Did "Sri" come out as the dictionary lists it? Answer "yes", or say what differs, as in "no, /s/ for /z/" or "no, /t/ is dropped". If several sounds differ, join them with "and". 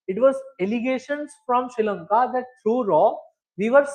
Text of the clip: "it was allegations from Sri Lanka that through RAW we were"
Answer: no, /ɹ/ is dropped